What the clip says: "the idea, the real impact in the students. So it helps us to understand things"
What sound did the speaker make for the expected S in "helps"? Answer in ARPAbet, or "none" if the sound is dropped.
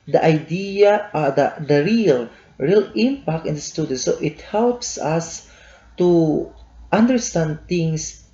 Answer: S